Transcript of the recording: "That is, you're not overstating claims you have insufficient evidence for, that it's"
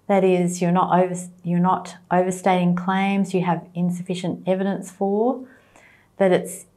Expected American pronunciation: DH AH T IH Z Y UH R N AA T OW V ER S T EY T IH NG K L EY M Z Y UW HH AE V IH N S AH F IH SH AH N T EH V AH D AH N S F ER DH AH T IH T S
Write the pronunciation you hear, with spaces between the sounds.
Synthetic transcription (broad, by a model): DH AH T IH Z Y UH R N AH T OW V ER S T EY T IH NG K L EY M Z Y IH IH V IH N S AH F IH SH AH N T EH V AH D AH N S F ER DH AH T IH T S